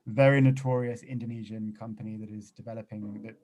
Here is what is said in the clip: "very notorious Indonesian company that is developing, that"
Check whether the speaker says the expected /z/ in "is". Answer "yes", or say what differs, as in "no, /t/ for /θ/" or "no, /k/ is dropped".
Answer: yes